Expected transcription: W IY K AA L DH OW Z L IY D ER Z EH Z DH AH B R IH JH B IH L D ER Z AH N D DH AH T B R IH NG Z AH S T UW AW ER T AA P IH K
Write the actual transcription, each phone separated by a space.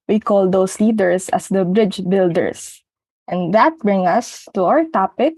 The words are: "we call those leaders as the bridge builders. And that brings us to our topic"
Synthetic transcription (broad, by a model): W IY K AA L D OW S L IY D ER S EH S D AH B R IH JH B IH L D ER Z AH N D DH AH T B R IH NG AH S T UW AW ER T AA P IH K